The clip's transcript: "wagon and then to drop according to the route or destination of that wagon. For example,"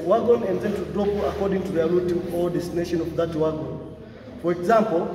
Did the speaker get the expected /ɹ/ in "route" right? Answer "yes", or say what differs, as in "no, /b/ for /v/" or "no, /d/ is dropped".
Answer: no, /l/ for /ɹ/